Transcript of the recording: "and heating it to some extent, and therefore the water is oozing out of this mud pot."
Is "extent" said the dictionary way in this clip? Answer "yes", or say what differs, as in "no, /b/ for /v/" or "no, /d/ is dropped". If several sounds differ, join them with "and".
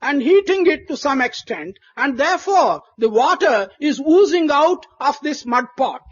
yes